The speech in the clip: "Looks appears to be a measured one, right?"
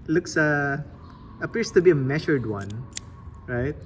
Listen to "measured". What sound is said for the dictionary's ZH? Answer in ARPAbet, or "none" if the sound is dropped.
SH